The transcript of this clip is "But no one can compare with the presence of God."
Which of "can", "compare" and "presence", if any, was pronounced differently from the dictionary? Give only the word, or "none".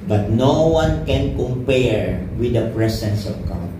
presence